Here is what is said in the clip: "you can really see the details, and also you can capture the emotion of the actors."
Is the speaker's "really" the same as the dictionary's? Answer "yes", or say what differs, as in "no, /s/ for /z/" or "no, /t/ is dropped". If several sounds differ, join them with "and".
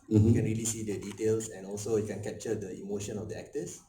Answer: yes